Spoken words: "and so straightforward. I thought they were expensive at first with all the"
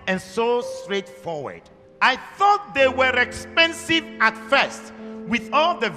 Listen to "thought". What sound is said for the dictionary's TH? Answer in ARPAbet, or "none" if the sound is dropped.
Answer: TH